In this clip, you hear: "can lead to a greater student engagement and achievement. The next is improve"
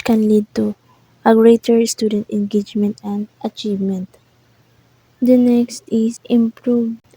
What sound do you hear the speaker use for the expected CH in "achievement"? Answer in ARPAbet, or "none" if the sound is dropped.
CH